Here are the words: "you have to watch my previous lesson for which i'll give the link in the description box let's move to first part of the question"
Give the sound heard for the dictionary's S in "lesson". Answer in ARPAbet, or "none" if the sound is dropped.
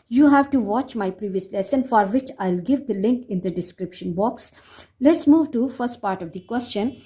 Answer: S